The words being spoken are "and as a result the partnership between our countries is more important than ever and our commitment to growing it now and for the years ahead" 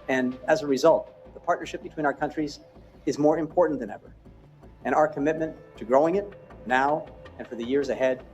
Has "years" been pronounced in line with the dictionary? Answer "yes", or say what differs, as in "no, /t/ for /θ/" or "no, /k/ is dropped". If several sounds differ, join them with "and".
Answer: yes